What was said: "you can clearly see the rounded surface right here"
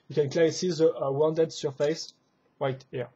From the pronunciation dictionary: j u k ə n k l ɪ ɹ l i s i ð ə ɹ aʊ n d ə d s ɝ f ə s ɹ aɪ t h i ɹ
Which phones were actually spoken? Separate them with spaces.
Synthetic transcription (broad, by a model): j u k ə n k l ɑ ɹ i s i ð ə w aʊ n d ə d s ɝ f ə s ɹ aɪ t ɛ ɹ